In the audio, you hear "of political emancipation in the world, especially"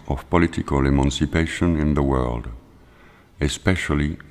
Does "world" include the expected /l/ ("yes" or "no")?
yes